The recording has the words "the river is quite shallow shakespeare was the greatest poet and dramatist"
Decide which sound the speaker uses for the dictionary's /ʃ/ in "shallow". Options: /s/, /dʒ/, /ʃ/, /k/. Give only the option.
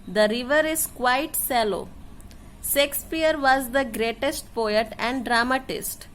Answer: /s/